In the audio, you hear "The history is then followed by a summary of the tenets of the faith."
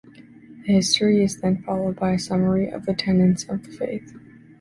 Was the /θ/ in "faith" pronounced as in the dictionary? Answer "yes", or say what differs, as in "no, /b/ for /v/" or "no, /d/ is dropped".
yes